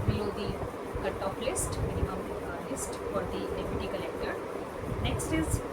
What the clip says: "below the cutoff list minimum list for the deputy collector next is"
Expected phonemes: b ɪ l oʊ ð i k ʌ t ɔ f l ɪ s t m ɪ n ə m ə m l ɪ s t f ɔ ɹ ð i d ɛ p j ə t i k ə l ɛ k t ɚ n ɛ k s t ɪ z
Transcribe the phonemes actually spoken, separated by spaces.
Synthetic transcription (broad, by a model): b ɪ l oʊ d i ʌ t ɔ p l ɪ s t m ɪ n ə m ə m l ɪ s t f ɔ ɹ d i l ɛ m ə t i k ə l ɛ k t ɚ n ɛ k s t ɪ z